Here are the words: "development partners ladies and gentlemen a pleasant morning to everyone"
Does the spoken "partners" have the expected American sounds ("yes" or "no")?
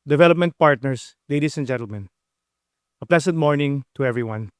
no